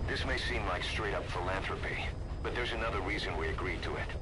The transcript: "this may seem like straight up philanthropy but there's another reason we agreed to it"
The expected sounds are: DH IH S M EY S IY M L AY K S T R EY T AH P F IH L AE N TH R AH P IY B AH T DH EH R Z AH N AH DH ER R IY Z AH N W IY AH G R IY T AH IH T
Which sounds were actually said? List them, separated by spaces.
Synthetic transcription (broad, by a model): DH IH S M EY S IY M L AY K S T R EY T AH P F IH L AE N TH R AH P IY B AH T DH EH R Z AH N AH DH ER R IY Z AH N W IY AH G R IY T AH IH T